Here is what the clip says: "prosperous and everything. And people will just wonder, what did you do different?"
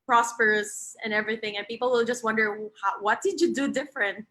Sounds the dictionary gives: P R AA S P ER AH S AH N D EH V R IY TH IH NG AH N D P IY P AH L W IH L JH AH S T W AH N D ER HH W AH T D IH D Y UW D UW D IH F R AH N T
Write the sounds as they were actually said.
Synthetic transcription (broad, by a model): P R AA S P ER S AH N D EH V R IY TH IH NG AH N P IY P L W IH L JH AH S T W AH N D ER HH W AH T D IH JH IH D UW D IH F R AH N T